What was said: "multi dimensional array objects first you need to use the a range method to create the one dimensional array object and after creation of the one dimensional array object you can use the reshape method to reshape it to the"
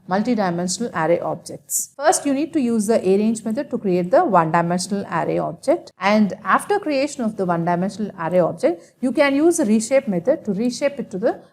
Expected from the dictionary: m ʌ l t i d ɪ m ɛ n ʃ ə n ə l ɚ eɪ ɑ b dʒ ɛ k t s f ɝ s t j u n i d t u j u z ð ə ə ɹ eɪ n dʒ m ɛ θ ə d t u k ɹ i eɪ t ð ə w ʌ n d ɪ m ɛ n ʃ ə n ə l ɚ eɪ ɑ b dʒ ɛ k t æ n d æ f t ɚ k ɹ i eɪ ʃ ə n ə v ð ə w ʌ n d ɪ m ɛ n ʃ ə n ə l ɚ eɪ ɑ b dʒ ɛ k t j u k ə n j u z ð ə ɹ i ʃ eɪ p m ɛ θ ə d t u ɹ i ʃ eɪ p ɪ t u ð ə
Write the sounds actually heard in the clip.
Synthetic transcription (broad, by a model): m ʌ l t i d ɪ m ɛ n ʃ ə n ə l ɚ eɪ ɑ b dʒ ɛ k t s f ɝ s t j u n i d t u j u z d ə ə ɹ eɪ n dʒ m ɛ t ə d t u k ɹ i eɪ t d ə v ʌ n d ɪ m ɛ n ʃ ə n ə l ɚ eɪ ɑ b dʒ ɛ k t æ n d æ f t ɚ k ɹ i eɪ ʃ ə n ə v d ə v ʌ n d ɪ m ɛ n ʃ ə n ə l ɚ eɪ ɑ b dʒ ɛ k t j u k ə n j u z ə ɹ i ʃ eɪ p m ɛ t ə d t u ɹ i ʃ eɪ p ɪ t u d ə